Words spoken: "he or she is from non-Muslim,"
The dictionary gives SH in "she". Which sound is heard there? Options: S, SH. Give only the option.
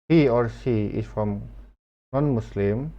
S